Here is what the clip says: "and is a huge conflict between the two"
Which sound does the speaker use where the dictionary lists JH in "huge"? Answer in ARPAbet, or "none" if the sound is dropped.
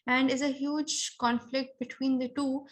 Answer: JH